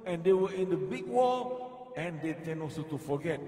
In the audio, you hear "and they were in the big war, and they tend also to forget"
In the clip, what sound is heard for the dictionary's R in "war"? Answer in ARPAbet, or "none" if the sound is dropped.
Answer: L